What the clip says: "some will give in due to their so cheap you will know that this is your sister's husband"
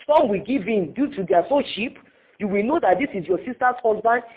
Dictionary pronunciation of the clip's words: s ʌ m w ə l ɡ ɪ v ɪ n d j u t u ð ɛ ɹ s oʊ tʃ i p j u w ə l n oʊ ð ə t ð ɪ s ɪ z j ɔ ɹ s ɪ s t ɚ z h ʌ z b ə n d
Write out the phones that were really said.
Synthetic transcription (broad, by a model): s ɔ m w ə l ɡ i v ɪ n d j u t u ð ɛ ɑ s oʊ ʃ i p j u w ə l n oʊ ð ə t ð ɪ s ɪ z j ɔ s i s t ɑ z h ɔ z b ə n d